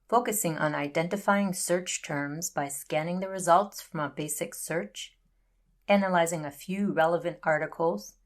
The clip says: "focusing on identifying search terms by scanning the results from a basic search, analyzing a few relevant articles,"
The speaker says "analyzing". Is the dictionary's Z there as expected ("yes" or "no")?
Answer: yes